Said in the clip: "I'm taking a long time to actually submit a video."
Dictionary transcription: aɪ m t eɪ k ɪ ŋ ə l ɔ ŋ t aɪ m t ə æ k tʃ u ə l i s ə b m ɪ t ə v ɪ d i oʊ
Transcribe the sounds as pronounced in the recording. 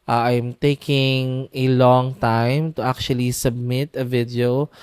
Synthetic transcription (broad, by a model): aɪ m t eɪ k ɪ ŋ ə l ɔ ŋ t aɪ m t ə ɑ k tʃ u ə l i s ə b m ɪ t ə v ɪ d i oʊ